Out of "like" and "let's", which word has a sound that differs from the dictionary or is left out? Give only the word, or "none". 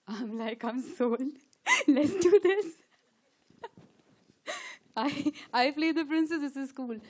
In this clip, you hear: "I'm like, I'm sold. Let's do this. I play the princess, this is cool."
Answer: none